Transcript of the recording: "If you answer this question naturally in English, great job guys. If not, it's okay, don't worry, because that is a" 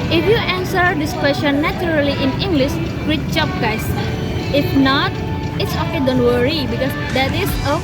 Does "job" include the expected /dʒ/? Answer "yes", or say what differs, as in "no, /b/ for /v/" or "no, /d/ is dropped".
no, /tʃ/ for /dʒ/